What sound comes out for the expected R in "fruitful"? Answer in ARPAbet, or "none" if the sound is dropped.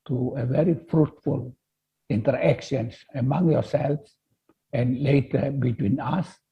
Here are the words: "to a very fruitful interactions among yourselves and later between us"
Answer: R